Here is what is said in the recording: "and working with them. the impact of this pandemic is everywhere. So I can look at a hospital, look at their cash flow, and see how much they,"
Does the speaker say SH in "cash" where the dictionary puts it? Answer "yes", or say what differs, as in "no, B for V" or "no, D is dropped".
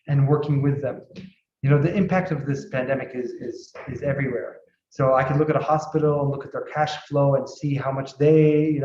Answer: yes